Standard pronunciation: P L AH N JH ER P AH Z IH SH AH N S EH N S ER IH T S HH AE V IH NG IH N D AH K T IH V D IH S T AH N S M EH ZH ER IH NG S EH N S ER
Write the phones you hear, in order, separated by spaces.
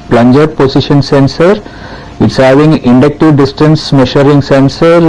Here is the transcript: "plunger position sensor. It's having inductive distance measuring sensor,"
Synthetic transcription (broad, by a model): P L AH N JH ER P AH S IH SH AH N S EH N S ER IH T S HH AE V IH NG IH N D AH K T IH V D IH S T AH N S M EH SH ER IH NG S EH N S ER